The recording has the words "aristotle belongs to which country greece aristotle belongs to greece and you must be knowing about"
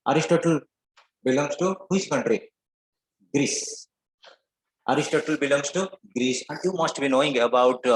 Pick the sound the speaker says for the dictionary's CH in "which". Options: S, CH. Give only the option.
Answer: S